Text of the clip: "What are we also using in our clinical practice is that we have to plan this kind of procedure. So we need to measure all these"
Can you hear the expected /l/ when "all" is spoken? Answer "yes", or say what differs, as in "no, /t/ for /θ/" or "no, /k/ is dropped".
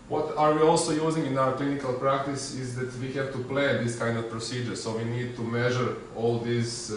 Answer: yes